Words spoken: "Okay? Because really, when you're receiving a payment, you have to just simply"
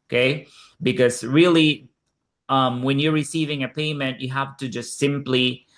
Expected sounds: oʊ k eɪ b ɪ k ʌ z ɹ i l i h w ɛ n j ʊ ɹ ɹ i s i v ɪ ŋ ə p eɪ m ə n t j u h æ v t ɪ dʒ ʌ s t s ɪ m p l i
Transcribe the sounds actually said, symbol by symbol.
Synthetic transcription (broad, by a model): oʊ k eɪ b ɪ k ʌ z ɹ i l i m w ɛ n j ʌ ɹ ɹ i s i v ɪ ŋ ə p eɪ m ə n t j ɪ h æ f t ɪ dʒ ʌ s t s ɪ m p l i